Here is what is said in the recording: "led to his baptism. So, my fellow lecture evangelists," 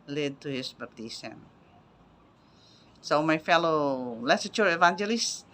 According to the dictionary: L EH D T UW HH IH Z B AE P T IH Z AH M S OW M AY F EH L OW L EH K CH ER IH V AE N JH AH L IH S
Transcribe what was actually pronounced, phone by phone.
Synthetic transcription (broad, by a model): L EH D T UW HH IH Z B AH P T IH S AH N S OW M AY F EH L OW L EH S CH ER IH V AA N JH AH L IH S